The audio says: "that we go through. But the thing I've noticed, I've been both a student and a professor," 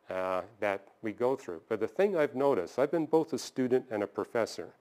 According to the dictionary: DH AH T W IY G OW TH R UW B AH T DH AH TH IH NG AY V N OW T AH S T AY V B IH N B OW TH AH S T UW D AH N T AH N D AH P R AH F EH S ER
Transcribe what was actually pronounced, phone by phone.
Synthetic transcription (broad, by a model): DH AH T W IY G OW TH R UW B AH T DH AH TH IH NG AY V N OW T AH S T AY V B IH N B OW TH AH S T UW D N T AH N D AH P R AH F EH S ER